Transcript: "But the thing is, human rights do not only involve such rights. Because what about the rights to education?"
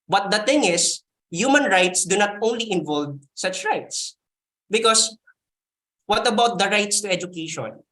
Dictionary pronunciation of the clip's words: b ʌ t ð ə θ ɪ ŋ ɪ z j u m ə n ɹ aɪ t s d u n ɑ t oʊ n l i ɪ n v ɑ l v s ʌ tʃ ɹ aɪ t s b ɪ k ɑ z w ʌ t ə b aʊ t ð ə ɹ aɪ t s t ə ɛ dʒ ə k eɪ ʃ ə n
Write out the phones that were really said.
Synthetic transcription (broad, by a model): b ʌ t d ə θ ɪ ŋ ɪ s j u m ə n ɹ aɪ t s d u n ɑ t oʊ n l i ɪ n v ɑ l v s ʌ tʃ ɹ aɪ t s b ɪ k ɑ s w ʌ t ə b aʊ t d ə ɹ aɪ t s t ə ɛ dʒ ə k eɪ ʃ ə n